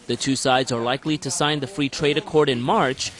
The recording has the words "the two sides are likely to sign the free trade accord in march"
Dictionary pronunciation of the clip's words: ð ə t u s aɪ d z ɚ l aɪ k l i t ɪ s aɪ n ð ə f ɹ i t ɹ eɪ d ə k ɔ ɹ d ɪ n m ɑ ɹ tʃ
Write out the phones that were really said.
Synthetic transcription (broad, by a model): ð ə t u s aɪ d z ɚ l aɪ k l i t ɪ s aɪ n ð ə f ɹ i t ɹ eɪ d ə k ɔ ɹ d ɪ n m ɑ ɹ tʃ